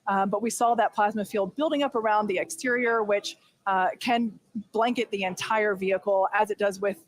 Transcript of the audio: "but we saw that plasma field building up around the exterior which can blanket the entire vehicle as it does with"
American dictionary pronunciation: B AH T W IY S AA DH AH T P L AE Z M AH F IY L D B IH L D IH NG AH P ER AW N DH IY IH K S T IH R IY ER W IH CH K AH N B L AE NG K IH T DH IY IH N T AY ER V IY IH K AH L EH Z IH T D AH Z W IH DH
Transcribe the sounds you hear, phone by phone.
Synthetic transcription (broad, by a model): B AH T W IY S AA DH AH T P L AE Z M AH F IY L D B IH L D IH NG AH P ER AW N DH IY IH K S T IH R IY ER W IH CH K AH N B L AE NG K IH T DH IY IH N T AY ER V IY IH K L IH Z IH T D AH Z W IH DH